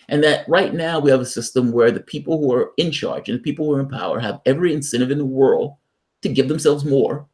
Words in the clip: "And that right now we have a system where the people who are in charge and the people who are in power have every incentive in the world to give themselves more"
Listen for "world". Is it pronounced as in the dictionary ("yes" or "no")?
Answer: yes